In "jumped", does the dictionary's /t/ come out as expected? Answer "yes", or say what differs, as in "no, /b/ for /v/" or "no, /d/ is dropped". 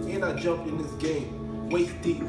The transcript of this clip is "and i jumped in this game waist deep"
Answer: no, /t/ is dropped